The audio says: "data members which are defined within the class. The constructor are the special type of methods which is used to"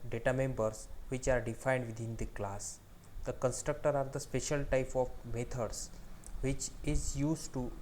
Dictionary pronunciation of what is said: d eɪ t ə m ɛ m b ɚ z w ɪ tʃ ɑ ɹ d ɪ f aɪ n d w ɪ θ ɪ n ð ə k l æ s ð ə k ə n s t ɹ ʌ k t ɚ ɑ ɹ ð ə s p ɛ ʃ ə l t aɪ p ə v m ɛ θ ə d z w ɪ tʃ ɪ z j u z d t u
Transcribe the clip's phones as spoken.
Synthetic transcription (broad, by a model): d eɪ t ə m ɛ m b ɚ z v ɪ tʃ ɑ ɹ d ɪ f aɪ n d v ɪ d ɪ n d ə k l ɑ s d ə k ə n s t ɹ ʌ k t ɚ ɑ ɹ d ə s p ɛ ʃ ə l t aɪ p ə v m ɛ t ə d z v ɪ tʃ ɪ z j u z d t u